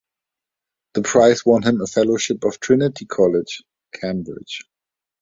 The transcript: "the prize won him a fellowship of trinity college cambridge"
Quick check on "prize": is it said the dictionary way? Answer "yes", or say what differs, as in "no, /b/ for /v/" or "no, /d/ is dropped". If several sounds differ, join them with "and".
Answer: no, /s/ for /z/